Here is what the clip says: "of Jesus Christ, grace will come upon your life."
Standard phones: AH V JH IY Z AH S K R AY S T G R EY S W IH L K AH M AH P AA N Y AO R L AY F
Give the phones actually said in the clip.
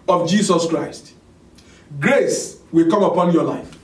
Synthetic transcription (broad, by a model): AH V JH IY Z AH S K R AY S T G R EY S W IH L K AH M AH P AA N Y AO L AY F